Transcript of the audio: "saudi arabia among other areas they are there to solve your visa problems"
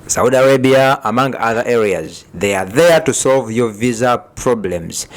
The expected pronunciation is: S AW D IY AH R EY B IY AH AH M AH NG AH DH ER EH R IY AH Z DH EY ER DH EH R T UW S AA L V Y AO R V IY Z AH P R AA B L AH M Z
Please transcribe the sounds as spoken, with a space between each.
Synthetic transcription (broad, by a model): S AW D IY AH R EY B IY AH AH M AH NG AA DH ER EH R IY AH Z DH EY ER DH EH R T UW S AA L V Y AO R V IY Z AH P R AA B L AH M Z